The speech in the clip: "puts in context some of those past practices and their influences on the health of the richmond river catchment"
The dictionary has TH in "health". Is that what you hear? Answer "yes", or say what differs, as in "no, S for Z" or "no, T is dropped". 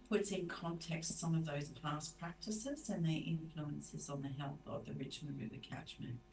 yes